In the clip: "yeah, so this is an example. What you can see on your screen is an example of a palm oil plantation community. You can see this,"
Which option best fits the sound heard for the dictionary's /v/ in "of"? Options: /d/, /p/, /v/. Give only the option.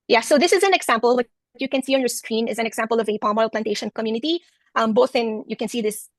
/v/